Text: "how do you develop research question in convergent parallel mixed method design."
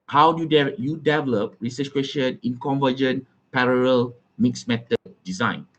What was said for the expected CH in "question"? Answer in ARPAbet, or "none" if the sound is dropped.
SH